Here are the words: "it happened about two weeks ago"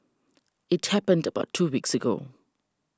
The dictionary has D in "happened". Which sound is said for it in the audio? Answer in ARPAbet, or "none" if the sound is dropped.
D